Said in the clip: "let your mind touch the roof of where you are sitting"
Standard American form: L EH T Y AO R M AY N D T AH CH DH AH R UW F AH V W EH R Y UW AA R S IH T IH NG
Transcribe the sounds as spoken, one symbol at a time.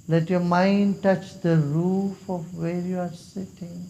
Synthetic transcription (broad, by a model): L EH T Y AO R M AY N D T AH CH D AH R UW F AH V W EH R Y UW AA R S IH T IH NG